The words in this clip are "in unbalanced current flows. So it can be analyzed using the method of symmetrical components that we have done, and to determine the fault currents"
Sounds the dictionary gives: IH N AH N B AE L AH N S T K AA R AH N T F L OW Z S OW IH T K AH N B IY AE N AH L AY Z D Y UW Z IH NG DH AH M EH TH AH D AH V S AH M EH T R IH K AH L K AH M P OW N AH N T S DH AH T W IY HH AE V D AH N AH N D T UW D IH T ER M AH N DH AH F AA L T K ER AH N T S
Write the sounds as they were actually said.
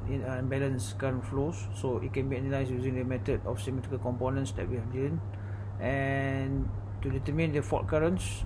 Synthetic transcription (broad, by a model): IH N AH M B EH L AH N S K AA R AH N F L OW S OW IH T K AH N B IY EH N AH L AY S Y UW Z IH NG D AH M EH T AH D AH F S AH M EH T R IH K AH L K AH M P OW N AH N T S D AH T W IY HH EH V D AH N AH N T UW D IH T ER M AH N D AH F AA T K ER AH N S